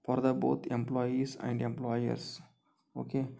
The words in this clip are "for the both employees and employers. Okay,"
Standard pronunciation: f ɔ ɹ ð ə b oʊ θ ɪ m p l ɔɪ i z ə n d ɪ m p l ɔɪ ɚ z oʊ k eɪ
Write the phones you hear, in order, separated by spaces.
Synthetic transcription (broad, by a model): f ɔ ɹ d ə b oʊ t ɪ m p l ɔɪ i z ə n d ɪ m p l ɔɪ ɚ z oʊ k eɪ